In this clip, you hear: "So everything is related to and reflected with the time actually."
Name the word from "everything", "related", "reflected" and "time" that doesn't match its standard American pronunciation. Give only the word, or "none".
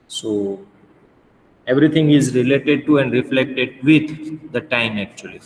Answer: everything